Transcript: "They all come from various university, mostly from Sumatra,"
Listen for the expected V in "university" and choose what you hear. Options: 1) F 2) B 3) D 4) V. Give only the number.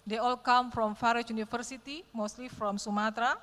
1